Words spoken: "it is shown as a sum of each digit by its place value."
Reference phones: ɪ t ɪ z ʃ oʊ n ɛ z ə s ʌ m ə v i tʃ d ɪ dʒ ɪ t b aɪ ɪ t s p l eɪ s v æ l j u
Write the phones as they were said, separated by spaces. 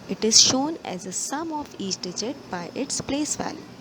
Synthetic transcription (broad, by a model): ɪ t ɪ z ʃ oʊ n ɛ z ə s ʌ m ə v i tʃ d ɪ dʒ ɪ t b aɪ ɪ t s p l eɪ s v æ l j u